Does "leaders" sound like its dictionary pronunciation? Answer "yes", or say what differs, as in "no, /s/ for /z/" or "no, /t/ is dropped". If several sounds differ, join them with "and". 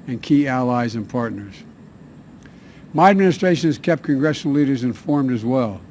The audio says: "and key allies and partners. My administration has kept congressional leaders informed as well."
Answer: yes